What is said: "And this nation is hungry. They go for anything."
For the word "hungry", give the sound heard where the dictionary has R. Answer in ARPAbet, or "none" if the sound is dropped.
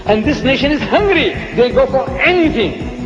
R